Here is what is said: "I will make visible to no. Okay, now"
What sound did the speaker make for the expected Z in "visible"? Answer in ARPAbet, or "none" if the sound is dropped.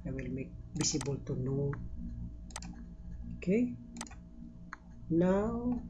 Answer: S